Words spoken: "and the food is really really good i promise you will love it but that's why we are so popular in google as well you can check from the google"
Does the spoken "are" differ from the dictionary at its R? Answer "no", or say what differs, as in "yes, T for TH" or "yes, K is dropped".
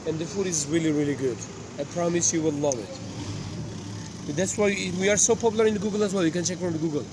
no